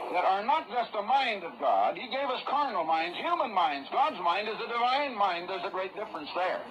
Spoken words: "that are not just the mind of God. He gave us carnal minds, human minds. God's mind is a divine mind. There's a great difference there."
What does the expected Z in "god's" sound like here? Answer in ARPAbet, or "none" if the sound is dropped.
Z